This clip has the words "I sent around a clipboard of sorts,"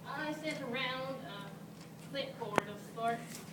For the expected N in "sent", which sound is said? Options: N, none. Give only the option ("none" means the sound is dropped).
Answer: none